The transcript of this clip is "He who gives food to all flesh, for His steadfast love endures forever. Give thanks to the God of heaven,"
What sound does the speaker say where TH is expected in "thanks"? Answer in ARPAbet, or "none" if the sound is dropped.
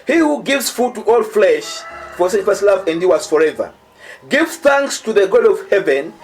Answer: TH